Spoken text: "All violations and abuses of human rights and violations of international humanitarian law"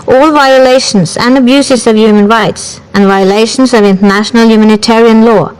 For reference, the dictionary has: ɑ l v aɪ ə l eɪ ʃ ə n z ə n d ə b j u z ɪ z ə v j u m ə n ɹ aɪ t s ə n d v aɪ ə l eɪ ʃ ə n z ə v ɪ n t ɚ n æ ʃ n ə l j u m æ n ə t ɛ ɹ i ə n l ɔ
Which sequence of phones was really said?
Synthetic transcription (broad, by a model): ɑ l v aɪ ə l eɪ ʃ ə n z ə n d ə b j u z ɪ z ə v j u m ə n ɹ aɪ t s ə n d v aɪ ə l eɪ ʃ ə n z ə v ɪ n t ɚ n æ ʃ n ə l j u m æ n ə t ɛ ɹ i ə n l ɔ